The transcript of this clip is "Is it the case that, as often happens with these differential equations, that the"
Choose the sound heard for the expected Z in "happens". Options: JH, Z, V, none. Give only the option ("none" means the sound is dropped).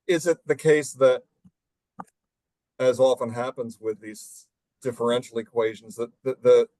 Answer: Z